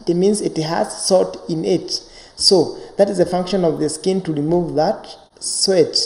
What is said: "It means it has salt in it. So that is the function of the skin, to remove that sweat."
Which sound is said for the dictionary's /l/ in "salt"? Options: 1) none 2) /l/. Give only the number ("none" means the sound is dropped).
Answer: 1